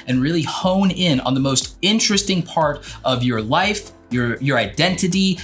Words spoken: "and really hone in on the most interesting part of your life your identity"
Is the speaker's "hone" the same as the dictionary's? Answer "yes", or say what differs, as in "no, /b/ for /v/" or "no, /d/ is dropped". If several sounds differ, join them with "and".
yes